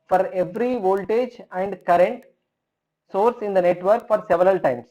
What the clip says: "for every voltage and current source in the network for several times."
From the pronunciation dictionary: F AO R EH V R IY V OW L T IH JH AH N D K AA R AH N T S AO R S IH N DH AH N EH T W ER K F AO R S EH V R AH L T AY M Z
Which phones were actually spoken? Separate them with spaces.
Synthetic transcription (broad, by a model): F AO R EH V R IY V OW L T IH JH AH N D K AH R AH N T S AO R S IH N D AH N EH T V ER K F AO R S EH V R AH L T AY M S